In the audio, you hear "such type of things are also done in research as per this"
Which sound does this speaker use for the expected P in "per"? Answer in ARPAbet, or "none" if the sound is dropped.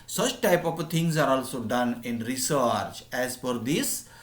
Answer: F